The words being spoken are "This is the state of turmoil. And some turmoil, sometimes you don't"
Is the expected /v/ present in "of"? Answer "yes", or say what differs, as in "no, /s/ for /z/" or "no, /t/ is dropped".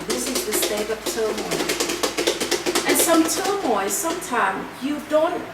no, /p/ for /v/